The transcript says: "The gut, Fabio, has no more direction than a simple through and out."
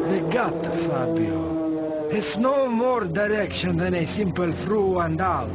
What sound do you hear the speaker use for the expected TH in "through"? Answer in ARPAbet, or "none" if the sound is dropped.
F